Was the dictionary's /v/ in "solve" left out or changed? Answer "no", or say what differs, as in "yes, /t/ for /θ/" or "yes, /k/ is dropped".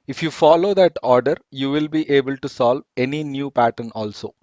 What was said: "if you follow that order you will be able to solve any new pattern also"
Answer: no